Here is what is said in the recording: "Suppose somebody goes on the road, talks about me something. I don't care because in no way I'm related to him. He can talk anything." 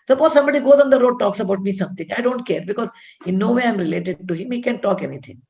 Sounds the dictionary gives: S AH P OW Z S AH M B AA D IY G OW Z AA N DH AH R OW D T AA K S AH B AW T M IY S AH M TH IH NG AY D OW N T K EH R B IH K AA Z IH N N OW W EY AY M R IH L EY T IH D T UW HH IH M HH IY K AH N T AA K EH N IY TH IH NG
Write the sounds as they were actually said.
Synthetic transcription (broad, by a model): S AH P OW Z S AH M B AA D IY G OW Z AA N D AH R OW D T AA K S AH B AW T M IY S AH M T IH NG AY D OW N T K EH R B IH K AA Z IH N N OW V EY AY M R IH L EY T IH D T UW HH IH M HH IY K AH N T AA K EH N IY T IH NG